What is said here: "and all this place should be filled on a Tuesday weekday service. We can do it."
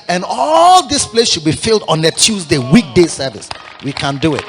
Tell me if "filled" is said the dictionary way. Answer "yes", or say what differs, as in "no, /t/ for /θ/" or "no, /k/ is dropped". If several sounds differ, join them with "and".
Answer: yes